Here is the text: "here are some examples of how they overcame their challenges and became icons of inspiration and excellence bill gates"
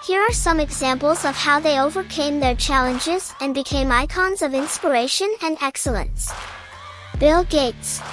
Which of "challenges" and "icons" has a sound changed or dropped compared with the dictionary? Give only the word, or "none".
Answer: none